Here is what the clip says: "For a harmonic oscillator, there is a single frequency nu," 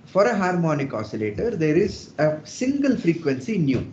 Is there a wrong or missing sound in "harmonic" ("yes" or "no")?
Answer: no